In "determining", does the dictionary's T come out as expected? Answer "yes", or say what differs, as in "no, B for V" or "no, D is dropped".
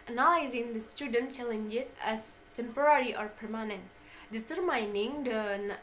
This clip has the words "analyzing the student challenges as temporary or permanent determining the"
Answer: no, S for T